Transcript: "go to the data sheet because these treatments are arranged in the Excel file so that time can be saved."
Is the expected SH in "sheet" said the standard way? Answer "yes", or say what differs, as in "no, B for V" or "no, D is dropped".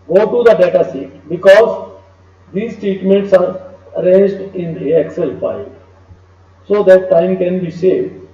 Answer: no, S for SH